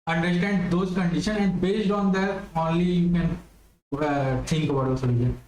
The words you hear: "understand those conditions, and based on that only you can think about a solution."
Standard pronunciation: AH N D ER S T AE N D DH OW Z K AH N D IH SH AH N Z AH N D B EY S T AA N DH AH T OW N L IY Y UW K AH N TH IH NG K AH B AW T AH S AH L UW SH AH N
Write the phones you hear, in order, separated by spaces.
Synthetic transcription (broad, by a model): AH N D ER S T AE N D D OW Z K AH N D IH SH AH N AH N D B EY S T AA N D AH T OW N L IY Y UW K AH N T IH NG K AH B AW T AH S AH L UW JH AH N